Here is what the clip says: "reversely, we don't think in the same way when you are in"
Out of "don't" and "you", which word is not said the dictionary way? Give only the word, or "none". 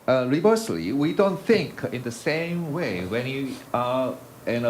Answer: none